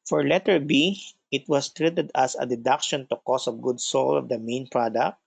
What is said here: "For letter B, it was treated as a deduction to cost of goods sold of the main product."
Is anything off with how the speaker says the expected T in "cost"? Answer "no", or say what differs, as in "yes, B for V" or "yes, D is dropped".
yes, T is dropped